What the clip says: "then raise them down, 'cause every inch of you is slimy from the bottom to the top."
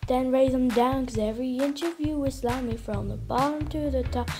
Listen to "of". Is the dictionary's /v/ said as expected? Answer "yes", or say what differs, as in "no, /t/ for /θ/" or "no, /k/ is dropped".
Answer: yes